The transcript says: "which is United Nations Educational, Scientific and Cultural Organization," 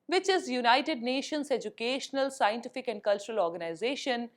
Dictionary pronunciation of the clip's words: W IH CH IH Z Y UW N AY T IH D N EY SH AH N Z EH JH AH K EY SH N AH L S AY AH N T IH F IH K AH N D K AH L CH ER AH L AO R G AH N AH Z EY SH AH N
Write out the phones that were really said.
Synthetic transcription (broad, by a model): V IH CH IH Z Y UW N AY T IH D N EY SH AH N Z EH JH AH K EY SH N AH L S AY AH N T IH F IH K AH N D K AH L CH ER AH L AO R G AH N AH Z EY SH AH N